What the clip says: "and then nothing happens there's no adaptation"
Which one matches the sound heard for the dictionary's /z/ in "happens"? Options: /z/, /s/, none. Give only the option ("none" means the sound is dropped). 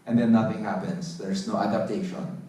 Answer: /s/